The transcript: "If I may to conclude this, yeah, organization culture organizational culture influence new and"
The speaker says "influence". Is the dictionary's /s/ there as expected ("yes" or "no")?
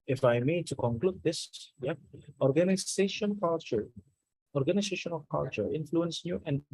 yes